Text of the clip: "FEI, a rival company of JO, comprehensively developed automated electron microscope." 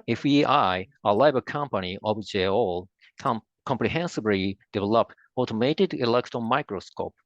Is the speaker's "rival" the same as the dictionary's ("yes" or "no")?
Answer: no